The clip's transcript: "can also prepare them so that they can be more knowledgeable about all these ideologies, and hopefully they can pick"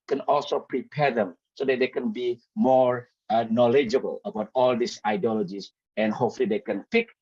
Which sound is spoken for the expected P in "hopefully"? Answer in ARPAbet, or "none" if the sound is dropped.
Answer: none